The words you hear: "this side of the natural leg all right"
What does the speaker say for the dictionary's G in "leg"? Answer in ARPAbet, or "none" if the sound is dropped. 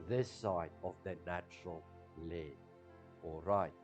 none